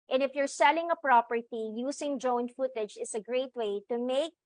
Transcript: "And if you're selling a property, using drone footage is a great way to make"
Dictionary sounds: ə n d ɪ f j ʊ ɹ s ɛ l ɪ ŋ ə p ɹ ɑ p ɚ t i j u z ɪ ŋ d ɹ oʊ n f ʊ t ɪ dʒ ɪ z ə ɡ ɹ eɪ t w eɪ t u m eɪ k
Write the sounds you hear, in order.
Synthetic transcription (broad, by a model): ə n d ɪ f j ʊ ɹ s ɛ l ɪ ŋ ə p ɹ ɑ p ɚ t i j u s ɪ ŋ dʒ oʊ n f ʊ t ɪ dʒ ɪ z ə ɡ ɹ eɪ t w eɪ t u m eɪ k